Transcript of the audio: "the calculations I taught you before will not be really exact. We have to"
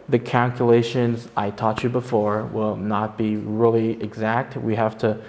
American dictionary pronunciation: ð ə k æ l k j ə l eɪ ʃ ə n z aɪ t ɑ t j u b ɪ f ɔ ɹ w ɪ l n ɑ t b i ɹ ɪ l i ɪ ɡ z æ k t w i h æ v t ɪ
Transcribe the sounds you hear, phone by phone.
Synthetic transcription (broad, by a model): ð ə k æ l k j ə l eɪ ʃ ə n z aɪ t ɑ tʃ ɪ b ɪ f ɔ ɹ w ɪ l n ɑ t b i ɹ ɪ l i ɪ ɡ z æ k t w i h æ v t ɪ